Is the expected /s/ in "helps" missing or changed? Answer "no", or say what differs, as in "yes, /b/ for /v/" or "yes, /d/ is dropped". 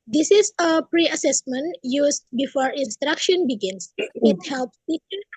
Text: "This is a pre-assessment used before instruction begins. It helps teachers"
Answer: no